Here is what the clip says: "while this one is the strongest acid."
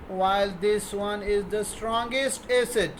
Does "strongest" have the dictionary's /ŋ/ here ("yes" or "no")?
yes